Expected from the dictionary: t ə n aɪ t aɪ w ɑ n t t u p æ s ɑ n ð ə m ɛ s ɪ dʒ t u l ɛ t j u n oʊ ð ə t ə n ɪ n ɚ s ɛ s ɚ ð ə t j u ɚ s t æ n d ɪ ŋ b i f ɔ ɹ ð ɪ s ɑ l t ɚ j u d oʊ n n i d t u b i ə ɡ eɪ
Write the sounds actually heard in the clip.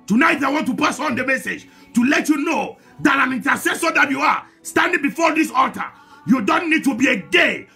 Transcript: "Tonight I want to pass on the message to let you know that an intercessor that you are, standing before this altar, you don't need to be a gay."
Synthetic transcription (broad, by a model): t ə n aɪ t aɪ w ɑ n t t u p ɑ s ɑ n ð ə m ɛ s ɪ dʒ t u l ɛ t j u n oʊ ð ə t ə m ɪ n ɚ s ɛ s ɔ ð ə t j u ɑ s t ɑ n d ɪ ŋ b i f ɔ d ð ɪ s ɑ t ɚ j u d oʊ n n i d t u b i ə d eɪ